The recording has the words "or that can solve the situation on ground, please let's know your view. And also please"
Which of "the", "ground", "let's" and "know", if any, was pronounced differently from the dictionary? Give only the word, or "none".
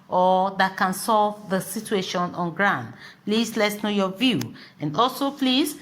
none